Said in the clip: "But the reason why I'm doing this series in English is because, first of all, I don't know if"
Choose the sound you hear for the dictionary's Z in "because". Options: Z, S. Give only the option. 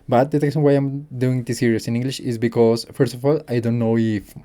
S